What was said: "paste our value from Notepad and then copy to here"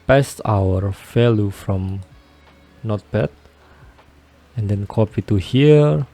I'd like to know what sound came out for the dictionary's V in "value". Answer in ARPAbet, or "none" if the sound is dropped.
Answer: F